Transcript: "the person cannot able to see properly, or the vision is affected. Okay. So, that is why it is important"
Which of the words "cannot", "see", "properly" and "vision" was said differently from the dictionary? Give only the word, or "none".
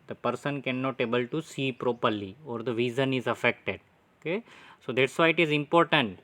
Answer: vision